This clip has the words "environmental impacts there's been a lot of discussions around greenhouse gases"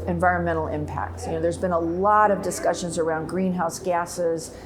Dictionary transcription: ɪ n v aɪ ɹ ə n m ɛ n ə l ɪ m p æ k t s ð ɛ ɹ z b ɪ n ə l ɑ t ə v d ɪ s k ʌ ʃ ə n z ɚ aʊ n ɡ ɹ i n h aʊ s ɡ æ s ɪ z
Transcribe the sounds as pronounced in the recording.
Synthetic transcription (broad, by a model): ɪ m v aɪ ɹ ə n m ɛ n l ɪ m p æ k t s ð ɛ ɹ z b ɪ n ə l ɑ t ə v d ɪ s k ʌ ʃ ə n z ɚ aʊ n ɡ ɹ i n h aʊ s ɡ æ s ɪ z